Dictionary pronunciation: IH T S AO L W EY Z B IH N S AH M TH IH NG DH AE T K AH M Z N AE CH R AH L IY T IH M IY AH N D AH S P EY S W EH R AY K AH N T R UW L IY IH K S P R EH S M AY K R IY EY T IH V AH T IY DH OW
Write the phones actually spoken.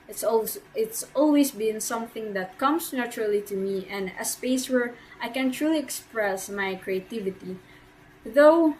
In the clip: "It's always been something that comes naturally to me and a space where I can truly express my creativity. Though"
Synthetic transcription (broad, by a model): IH T S AO L W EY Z B IH N S AH M TH IH NG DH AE T K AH M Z N AE CH R AH L IY T IH M IY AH N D AH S P EY S W EH R AY K AH N T R UW L IY IH K S P R EH S M AY K R IY EY T IH V AH T IY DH OW